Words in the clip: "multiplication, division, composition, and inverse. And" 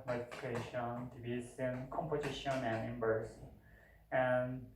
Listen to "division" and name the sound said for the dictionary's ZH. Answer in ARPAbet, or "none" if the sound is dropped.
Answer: S